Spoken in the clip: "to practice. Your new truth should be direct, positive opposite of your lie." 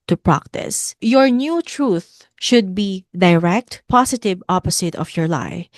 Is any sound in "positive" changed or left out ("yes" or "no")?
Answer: yes